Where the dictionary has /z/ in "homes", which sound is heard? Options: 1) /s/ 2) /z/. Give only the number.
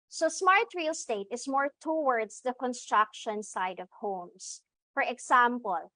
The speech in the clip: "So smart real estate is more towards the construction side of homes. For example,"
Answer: 1